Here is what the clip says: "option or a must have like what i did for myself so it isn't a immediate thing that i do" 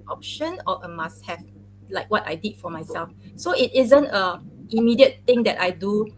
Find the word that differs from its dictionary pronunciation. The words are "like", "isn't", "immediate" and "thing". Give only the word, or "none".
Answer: thing